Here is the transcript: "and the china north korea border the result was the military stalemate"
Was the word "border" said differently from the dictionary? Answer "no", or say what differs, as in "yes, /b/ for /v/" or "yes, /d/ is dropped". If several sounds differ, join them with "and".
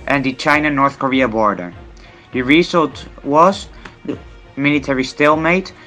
no